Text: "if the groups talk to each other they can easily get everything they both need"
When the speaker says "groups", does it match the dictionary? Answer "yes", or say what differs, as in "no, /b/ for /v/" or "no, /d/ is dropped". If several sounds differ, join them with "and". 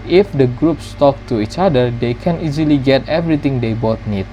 yes